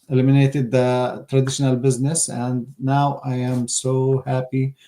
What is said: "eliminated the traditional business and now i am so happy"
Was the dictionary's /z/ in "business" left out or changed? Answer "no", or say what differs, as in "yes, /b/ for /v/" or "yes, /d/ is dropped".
no